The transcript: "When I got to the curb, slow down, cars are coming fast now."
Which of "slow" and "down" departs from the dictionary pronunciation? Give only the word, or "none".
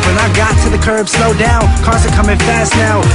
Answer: none